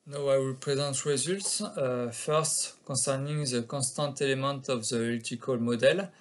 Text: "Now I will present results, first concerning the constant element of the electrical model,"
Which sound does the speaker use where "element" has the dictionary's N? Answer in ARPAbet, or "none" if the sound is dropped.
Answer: none